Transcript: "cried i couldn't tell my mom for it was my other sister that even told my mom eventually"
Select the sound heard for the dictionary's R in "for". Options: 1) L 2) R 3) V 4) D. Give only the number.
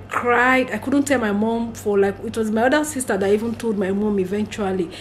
1